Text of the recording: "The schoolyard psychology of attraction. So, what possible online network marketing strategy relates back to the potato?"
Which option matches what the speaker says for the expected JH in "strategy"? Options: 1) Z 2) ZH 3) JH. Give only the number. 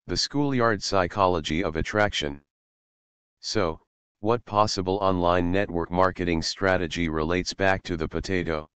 3